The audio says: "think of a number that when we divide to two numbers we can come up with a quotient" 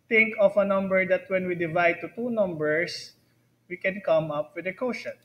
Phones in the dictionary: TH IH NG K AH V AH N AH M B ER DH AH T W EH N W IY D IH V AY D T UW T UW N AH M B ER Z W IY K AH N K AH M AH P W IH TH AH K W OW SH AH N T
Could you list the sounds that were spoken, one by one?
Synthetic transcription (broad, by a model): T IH NG K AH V AH N AH M B ER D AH T W EH N W IY D IH V AY D T UW T UW N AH M B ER S W IY K AH N K AH M AH P W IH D AH K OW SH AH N